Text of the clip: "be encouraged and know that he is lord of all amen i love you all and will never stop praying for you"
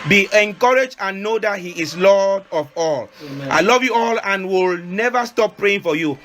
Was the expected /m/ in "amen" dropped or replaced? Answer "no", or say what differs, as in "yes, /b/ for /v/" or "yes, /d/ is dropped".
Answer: yes, /m/ is dropped